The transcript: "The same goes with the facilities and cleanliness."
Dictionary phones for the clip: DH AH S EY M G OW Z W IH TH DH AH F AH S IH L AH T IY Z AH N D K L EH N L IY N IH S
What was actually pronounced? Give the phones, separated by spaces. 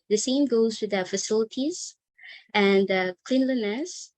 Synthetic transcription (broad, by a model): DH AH S EY M G OW Z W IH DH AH F AH S IH L AH T IY Z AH N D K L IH N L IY N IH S